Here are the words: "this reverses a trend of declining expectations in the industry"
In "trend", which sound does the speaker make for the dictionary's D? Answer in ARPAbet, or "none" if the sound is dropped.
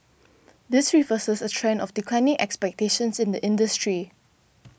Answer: none